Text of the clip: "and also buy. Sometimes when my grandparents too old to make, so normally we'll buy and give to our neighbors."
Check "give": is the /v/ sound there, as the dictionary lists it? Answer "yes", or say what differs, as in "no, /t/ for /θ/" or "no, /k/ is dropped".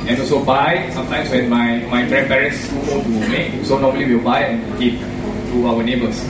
no, /p/ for /v/